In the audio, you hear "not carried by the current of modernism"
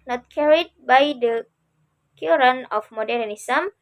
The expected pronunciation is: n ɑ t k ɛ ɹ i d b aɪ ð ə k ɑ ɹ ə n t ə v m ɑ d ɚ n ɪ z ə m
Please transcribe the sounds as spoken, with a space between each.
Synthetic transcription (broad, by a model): n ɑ t k ɛ ɹ i d b aɪ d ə k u ɹ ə n ə f m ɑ d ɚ n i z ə m